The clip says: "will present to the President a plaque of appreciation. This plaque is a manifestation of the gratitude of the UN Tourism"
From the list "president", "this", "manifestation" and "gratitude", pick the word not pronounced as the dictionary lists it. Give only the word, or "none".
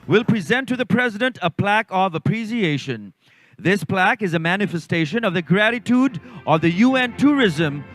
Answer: none